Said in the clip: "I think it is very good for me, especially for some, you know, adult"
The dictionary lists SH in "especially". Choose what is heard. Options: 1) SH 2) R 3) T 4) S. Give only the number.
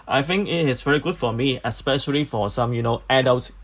1